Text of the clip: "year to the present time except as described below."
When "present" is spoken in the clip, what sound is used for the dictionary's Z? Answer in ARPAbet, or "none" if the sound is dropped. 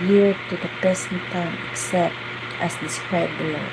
S